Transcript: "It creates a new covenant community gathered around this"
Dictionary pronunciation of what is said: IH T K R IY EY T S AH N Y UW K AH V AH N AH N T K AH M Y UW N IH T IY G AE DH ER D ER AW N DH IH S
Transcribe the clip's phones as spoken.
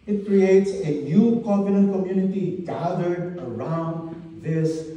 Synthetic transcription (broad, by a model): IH T K R IY EY T S AH N Y UW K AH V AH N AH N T K AH M Y UW N IH T IY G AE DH ER D ER AW N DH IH S